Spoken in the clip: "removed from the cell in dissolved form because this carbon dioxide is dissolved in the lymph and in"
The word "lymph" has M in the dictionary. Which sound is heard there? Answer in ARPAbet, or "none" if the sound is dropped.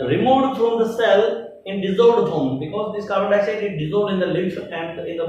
none